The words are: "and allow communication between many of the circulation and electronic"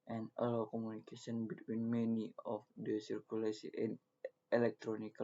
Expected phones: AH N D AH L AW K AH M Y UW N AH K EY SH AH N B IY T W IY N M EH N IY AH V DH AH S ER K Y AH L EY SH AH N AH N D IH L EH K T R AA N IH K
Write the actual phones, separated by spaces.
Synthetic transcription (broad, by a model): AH N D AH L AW K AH M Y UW N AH K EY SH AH N B IY T W IY N M EH N IY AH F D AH S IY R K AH L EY S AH AH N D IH L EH K T R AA N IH K